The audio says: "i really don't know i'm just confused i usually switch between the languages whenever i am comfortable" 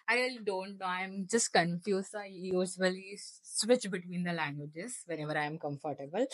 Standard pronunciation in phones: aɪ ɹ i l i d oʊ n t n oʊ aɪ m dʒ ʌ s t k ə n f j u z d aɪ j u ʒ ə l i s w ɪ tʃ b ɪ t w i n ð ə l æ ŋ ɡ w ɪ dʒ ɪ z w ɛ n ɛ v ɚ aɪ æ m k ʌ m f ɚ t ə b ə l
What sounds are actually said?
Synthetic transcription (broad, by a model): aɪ ɹ i l i d oʊ n t n oʊ aɪ m dʒ ʌ s t k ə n f j u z aɪ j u s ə l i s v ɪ tʃ b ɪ t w i n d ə l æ ŋ ɡ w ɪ dʒ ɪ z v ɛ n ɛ v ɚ aɪ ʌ m k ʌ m f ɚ t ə b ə l